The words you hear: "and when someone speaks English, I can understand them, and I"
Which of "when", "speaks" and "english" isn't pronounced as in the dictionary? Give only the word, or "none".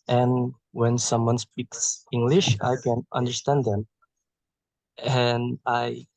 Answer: none